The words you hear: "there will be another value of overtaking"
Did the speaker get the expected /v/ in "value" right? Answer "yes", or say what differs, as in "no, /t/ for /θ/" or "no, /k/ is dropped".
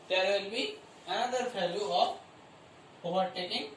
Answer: no, /f/ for /v/